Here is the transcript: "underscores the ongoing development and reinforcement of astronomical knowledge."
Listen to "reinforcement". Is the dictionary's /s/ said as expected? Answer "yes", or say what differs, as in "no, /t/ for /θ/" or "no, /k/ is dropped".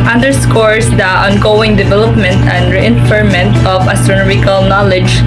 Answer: no, /s/ is dropped